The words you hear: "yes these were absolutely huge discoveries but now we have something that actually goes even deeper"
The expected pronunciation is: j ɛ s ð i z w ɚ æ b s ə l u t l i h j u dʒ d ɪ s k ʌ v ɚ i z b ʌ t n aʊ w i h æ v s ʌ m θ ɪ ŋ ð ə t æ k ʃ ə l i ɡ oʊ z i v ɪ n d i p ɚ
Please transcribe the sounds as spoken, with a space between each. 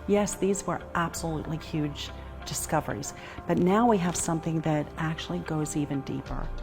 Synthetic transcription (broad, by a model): j ɛ s ð i z w ɚ æ b s ə l u t l i h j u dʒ d ɪ s k ʌ v ɚ i z b ʌ t n aʊ w i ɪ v s ʌ m θ ɪ ŋ ð ə t æ k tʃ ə l i ɡ oʊ z i v ɪ n d i p ɚ